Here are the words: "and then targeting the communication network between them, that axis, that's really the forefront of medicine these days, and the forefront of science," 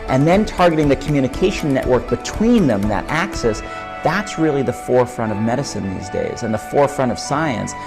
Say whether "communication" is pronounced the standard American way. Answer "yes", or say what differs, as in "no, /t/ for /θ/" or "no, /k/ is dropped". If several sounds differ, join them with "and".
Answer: no, /ʃ/ is dropped